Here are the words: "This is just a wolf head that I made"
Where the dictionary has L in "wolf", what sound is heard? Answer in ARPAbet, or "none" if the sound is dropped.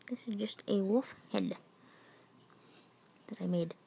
none